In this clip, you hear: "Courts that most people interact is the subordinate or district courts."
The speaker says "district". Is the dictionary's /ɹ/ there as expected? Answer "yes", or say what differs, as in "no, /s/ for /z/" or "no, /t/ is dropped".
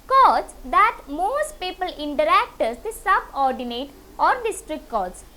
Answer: yes